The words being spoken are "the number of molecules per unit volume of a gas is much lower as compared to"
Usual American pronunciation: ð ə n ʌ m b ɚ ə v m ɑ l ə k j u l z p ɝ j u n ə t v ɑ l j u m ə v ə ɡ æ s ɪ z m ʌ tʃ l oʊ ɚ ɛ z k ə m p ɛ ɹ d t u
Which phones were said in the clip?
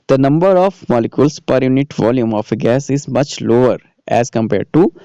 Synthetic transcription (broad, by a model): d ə n ʌ m b ɚ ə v m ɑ l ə k j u l s p ɝ j u n ə t v ɑ l j u m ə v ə ɡ æ s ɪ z m ʌ tʃ l oʊ ɚ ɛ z k ə m p ɛ ɹ d t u